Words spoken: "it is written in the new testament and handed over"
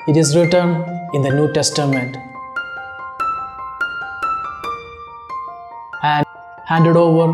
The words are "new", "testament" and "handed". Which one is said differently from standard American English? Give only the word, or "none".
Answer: none